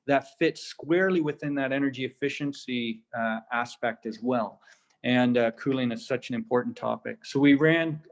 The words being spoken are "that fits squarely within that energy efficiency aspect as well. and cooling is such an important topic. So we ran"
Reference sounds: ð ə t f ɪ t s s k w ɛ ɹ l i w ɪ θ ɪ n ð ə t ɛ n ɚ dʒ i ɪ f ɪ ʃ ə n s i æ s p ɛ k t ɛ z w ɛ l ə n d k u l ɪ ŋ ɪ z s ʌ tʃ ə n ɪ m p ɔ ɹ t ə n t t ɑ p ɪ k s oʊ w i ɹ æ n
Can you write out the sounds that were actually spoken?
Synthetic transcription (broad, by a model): ð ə t f ɪ t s s k w ɛ ɹ l i w ɪ θ ɪ n ð ə t ɛ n ɚ dʒ i ɪ f ɪ ʃ ə n s i æ s p ɛ k t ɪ z w ɛ l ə n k u l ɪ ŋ ɪ z s ʌ tʃ ə n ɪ m p ɔ ɹ t n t t ɑ p ɪ k s oʊ w i ɹ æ n